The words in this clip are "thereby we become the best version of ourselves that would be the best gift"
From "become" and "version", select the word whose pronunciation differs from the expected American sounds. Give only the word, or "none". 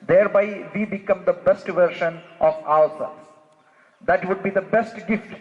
version